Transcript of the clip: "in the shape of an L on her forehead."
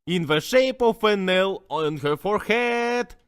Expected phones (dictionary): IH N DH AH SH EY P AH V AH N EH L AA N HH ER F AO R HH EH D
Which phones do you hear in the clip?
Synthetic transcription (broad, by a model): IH N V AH SH EY P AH F AH N EH L AA N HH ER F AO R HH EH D